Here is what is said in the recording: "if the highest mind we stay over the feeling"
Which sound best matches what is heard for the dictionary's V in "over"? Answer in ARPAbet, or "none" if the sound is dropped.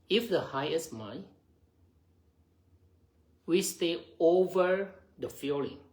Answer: V